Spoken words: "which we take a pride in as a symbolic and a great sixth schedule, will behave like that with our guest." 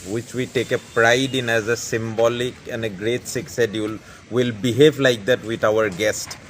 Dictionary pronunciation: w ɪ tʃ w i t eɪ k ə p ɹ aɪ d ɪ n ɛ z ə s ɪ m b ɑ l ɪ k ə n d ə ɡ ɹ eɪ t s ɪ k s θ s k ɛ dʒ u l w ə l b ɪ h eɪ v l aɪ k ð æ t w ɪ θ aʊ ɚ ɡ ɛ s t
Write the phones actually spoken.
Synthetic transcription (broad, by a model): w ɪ tʃ w i t eɪ k ə p ɹ aɪ d ɪ n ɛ z ə s ɪ m b ɑ l ɪ k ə n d ə ɡ ɹ eɪ t s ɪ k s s ɛ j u l w ə l b ɪ h eɪ v l aɪ k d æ t w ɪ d aʊ ɚ ɡ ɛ s t